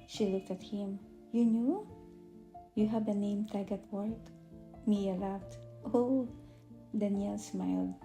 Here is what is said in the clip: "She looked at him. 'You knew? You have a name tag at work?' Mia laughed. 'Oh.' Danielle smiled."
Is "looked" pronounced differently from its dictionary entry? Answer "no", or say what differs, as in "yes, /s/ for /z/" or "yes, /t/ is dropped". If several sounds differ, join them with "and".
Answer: no